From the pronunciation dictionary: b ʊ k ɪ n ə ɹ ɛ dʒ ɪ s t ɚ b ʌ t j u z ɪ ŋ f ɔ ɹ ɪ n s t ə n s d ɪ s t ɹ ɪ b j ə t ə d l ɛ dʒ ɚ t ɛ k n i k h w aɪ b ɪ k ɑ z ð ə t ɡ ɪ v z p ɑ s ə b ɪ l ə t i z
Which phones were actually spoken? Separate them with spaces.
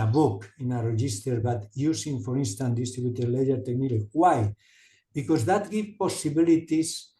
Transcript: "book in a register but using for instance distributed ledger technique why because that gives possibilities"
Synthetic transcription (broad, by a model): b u k ɪ n ə ɹ ɛ dʒ ɪ s t ɚ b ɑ t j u s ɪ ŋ f ɔ ɹ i n s t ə n d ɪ s t ɹ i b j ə t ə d l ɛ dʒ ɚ t ɛ k n i k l w aɪ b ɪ k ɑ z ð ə t ɡ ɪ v p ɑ s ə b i l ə t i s